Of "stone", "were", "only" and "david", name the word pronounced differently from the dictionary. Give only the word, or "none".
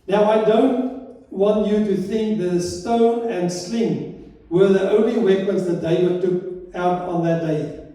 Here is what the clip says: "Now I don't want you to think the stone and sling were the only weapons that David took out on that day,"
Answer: david